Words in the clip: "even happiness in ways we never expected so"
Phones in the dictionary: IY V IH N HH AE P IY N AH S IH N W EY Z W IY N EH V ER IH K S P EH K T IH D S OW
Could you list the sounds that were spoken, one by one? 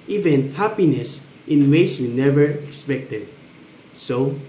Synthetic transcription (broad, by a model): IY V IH N HH AE P IY N AH S IH N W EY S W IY N EH V ER IH K S P EH K T IH D S OW